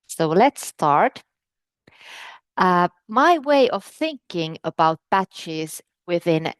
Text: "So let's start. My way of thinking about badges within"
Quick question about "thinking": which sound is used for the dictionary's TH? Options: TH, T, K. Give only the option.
TH